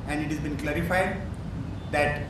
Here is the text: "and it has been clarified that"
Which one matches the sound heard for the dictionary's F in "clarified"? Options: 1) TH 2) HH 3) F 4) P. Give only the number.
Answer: 3